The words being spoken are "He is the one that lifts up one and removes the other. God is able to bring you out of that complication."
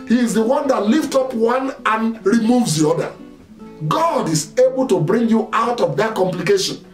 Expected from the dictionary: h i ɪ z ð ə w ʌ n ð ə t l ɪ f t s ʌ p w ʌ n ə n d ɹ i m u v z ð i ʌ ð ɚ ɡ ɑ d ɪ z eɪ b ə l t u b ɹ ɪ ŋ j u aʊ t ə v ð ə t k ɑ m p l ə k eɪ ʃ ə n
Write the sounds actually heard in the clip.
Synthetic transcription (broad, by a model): h i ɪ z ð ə w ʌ n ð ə t l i f t ɔ p w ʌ n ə n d ɹ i m u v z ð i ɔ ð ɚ ɡ ɑ d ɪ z eɪ b ə l t u b ɹ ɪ ŋ j u aʊ t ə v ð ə t k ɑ m p l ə k eɪ ʃ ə n